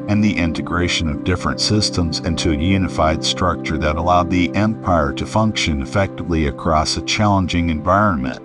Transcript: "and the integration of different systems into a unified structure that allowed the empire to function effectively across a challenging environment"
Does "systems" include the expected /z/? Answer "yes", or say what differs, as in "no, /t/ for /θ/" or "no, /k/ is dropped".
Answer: yes